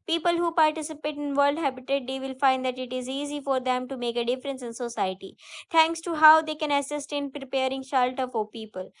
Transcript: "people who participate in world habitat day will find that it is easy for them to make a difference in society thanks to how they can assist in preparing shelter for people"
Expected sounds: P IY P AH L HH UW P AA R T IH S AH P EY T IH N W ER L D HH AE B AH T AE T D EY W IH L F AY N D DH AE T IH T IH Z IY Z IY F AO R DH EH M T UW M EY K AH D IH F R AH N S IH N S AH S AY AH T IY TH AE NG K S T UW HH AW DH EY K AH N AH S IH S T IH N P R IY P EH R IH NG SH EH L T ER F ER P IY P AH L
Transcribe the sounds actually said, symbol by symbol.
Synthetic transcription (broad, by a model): P IY P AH L HH UW P AA R T IH S AH P EY T IH N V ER L D HH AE B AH T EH T D EY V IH L F AY N D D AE T IH T IH Z IY Z IY F AO R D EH M T UW M EY K AH D IH F R AH N S IH N S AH S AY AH T IY T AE NG K S T UW HH AW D EY K AH N AH S IH S T IH N P R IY P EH R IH NG SH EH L T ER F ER P IY P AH L